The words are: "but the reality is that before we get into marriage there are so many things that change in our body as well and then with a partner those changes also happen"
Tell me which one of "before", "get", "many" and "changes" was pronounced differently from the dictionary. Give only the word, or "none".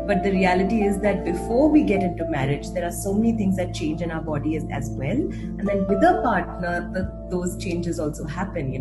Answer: none